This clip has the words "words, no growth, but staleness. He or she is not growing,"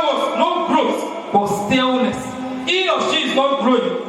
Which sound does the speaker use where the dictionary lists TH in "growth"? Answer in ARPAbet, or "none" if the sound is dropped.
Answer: S